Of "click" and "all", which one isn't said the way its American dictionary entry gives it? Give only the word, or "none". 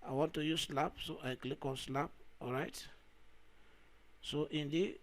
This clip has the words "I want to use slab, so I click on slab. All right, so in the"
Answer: none